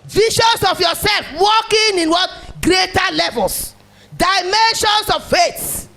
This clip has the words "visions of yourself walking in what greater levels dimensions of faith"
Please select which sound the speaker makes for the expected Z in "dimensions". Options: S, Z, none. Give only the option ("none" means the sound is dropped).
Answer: S